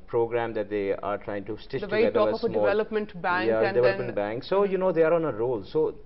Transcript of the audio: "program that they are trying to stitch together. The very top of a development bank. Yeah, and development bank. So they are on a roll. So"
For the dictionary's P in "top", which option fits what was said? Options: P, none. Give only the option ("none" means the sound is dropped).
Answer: none